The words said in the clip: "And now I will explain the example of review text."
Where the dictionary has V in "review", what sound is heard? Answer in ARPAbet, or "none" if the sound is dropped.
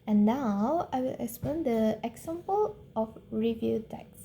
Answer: V